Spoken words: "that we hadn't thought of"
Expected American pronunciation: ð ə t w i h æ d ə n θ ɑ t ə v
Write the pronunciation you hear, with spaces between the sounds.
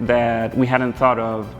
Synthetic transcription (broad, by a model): ð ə t w i h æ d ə n θ ɑ t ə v